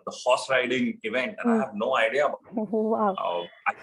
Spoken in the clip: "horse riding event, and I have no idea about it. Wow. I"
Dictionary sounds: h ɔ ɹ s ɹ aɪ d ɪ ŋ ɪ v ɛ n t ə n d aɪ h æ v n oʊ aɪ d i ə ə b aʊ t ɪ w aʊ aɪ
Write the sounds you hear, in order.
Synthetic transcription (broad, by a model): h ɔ s ɹ aɪ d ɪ ŋ ɪ v ɛ n t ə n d aɪ h æ v n oʊ aɪ d i ə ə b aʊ ɪ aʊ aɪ